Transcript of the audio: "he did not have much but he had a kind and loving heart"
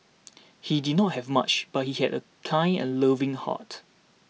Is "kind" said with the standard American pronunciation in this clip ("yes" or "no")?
no